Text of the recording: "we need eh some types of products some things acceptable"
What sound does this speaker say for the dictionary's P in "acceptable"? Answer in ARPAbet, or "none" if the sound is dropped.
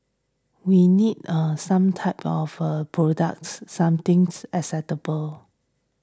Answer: none